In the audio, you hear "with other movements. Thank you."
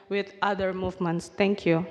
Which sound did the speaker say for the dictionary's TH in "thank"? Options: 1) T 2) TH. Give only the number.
1